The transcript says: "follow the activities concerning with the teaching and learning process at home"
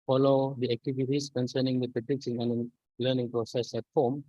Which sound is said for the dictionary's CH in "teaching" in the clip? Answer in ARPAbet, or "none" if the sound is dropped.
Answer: S